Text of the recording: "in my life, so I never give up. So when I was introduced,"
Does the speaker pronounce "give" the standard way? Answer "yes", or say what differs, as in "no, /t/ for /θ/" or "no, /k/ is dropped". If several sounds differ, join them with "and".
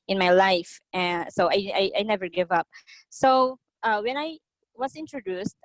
yes